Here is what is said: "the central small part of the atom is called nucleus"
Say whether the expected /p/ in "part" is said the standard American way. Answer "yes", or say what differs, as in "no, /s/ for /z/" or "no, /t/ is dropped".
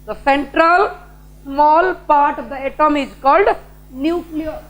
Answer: yes